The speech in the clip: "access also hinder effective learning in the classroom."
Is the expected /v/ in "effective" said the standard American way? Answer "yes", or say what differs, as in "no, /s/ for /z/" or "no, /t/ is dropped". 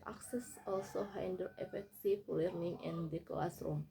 no, /f/ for /v/